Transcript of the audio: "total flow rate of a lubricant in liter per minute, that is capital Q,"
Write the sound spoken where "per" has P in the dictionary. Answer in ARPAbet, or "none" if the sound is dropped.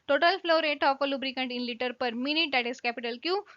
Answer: P